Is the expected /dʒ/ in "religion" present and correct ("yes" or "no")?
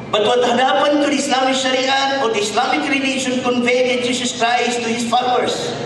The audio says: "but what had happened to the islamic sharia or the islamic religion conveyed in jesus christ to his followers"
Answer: no